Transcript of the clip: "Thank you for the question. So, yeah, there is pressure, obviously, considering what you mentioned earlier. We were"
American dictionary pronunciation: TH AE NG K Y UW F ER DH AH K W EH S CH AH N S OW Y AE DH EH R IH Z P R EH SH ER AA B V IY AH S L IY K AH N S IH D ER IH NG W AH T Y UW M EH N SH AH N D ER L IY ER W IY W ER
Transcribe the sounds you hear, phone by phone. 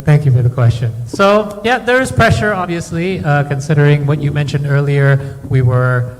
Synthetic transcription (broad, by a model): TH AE NG K Y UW F ER DH AH K W EH S CH AH N S OW Y AE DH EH R IH Z P R EH SH ER AA B V IY AH S L IY K AH N S IH D ER IH NG W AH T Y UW M EH N SH AH N D ER L IY ER W IY W ER